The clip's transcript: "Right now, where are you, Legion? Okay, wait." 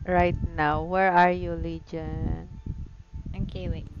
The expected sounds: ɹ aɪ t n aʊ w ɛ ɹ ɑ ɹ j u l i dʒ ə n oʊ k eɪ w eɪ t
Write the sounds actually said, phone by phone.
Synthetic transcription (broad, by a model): ɹ aɪ t n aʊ w ɛ ɹ ɑ ɹ j u l i dʒ ə n oʊ k eɪ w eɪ